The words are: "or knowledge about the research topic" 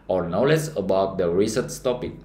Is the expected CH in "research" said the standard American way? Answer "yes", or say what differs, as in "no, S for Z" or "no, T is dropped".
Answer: no, S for CH